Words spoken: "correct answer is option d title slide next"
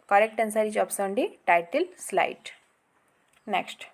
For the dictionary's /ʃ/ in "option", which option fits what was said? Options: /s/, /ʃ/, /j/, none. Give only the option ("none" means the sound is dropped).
/s/